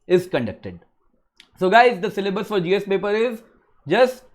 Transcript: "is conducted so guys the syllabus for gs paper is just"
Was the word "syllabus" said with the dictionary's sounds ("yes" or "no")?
yes